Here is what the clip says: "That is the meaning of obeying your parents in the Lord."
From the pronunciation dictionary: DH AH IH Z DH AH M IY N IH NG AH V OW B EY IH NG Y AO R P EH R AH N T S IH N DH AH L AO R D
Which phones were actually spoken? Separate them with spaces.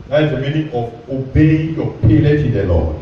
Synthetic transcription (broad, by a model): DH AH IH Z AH M IY N IH NG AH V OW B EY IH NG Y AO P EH L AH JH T IH N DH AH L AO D